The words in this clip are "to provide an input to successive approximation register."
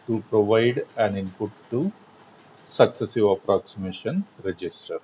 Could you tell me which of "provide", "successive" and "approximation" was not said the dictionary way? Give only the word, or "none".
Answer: none